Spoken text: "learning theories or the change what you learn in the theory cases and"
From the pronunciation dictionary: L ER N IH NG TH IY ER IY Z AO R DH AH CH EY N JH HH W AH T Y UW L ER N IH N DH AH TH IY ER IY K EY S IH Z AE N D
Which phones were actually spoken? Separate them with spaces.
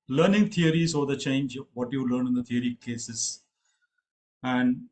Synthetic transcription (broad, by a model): L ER N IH NG T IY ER IY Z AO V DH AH CH EY N JH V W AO T Y UW L ER N IH N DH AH T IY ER IY K EY S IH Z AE N D